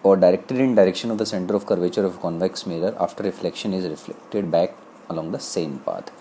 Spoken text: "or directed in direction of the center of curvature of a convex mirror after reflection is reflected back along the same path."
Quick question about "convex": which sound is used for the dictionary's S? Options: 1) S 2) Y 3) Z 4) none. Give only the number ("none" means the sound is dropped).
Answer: 1